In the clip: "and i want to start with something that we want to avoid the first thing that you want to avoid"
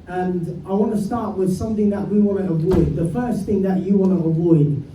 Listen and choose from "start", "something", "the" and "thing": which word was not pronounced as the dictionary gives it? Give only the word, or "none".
none